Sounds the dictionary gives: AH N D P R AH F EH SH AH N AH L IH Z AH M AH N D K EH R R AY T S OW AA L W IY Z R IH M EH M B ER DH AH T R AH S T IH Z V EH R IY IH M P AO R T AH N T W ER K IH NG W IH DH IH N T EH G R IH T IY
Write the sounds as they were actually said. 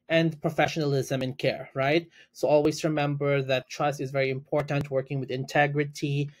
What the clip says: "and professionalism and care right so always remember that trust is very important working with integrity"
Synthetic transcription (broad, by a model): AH N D P R AH F EH SH AH N AH L IH Z AH M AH N K EH R R AY T S OW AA L W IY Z R IH M EH M B ER DH AH T R AH S T IH Z V EH R IY IH M P AO R T AH N T W ER K IH NG W IH DH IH N T EH G R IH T IY